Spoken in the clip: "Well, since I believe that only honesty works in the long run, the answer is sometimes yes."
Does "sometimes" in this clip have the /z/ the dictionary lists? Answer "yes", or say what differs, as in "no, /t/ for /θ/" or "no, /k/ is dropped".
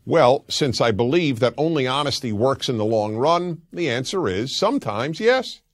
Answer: yes